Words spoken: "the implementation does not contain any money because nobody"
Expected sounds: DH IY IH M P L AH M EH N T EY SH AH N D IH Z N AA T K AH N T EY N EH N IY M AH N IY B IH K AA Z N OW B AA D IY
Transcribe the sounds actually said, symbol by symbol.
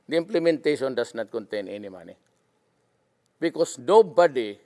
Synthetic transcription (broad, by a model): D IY IH M P L AH M EH N T EY SH AH N D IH S N AA T K AH N T EY N EH N IY M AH N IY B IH K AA S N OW B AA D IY